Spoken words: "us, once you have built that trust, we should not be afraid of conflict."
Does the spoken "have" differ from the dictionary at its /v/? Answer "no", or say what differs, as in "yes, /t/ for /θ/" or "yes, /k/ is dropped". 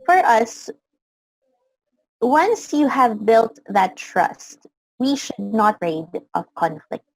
no